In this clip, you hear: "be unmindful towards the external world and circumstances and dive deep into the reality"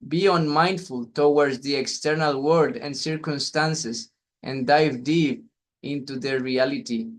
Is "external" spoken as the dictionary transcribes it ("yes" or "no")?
yes